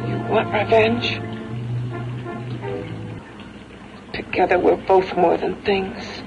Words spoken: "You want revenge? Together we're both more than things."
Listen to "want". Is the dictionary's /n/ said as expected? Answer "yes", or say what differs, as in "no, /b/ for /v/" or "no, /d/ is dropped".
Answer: no, /n/ is dropped